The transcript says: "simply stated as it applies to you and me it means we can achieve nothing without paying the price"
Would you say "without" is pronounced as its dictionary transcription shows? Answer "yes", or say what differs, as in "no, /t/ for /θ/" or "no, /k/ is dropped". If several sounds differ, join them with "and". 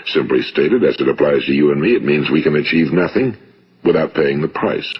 yes